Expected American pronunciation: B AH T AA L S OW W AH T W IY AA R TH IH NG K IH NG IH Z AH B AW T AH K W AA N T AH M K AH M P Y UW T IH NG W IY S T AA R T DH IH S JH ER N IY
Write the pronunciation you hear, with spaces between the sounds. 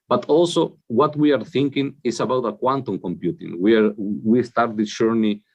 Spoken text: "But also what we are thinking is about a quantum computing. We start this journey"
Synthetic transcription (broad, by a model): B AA T AA L S OW W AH T W IY AA R TH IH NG K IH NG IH S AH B AW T AH K W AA N T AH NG K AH M P Y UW T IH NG W IY S T AA R T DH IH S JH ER N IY